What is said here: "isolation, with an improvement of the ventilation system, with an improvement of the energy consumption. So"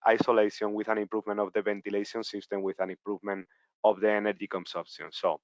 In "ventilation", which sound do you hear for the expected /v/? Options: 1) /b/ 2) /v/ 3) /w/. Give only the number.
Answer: 1